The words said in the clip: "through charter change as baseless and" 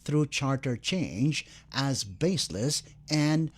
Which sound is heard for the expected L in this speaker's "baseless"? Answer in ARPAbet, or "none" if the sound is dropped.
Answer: L